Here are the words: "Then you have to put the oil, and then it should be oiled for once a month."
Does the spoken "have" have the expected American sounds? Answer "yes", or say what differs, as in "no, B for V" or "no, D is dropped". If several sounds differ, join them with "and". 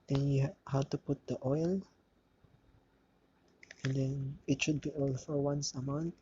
no, W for V